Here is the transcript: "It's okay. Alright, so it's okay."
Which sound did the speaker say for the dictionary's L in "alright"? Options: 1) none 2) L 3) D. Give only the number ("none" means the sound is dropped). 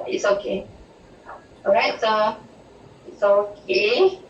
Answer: 1